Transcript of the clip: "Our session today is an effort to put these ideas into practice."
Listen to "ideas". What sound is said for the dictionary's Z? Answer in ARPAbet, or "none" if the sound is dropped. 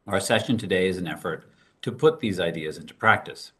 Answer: Z